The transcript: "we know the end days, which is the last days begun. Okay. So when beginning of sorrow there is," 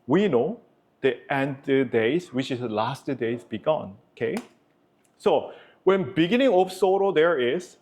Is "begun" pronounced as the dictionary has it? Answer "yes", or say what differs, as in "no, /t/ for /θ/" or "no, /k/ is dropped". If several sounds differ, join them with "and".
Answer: yes